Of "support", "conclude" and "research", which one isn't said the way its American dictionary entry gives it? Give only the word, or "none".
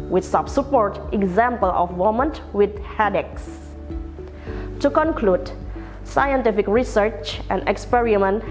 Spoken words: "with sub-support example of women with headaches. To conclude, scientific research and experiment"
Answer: none